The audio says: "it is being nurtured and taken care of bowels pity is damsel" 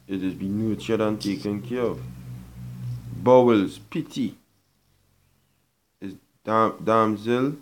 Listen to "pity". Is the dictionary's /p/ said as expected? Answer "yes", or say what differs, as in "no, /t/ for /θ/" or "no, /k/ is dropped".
yes